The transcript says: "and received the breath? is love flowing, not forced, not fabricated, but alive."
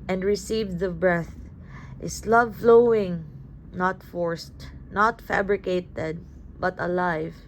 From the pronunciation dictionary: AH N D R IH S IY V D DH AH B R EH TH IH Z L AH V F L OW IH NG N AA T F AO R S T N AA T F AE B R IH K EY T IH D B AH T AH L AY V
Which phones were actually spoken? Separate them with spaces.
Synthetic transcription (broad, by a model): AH N D R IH S IY V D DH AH B R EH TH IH S L AH V F L OW IH NG N AA T F AO R S T N AA T F AE B R IH K EY T IH D B AH T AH L AY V